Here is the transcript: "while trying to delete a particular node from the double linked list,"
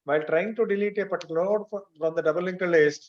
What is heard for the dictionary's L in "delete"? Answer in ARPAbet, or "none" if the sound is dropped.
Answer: L